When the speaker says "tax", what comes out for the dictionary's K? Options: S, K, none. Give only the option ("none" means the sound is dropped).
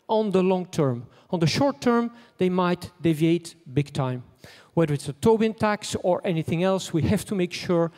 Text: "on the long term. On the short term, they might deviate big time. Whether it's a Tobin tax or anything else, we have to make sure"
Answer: K